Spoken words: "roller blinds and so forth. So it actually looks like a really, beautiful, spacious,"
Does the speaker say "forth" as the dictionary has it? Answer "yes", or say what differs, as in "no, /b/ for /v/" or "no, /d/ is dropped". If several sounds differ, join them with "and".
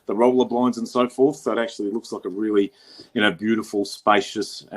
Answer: yes